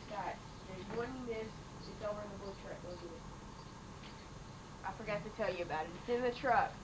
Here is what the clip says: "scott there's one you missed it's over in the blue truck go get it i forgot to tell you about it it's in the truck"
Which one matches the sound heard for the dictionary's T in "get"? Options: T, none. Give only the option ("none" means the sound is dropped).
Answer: none